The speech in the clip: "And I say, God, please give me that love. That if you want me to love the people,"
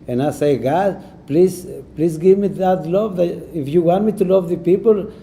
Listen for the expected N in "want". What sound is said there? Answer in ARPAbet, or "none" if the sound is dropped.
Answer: N